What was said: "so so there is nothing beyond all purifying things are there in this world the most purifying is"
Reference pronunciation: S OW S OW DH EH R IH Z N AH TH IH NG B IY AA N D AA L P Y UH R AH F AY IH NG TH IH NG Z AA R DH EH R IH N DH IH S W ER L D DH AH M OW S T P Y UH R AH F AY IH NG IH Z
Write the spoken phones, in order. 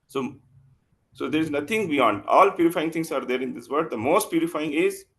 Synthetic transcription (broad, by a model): S OW S OW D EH R IH Z N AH T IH NG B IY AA N D AA L P Y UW R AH F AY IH NG T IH NG S AA R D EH R IH N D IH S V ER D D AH M OW S T P Y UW R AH F AY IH NG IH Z